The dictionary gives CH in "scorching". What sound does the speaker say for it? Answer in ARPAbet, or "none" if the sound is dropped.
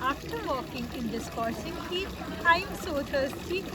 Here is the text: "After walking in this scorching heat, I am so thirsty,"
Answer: S